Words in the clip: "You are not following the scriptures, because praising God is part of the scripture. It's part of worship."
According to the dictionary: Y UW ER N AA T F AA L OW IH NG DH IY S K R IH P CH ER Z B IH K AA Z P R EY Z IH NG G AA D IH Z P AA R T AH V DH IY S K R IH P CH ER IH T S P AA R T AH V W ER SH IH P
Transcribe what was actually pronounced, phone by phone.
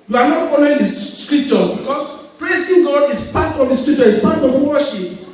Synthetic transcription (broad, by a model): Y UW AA N AA T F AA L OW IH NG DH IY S K R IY P CH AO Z B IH K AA S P R EY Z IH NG G AA D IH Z P AA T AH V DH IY S K R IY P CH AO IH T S P AA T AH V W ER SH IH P